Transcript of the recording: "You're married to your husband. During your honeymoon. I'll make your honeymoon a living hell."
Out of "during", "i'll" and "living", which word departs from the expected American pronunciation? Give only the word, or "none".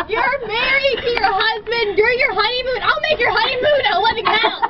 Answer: living